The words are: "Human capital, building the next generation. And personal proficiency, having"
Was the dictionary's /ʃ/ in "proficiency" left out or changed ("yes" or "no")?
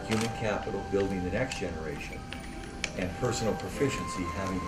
no